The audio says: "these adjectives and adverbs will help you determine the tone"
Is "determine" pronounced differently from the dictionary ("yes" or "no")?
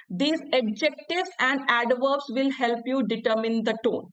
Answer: no